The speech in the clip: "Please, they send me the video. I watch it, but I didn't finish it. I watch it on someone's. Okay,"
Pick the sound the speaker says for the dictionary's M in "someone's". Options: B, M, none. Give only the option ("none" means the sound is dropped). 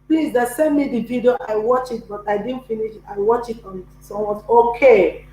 none